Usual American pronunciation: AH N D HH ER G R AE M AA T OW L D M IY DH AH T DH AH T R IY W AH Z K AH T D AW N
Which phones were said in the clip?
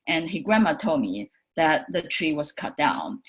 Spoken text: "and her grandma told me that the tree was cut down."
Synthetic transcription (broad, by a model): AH N HH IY G R AE M AA T OW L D M IY DH AH T DH AH T R IY W AH Z K AH T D AW N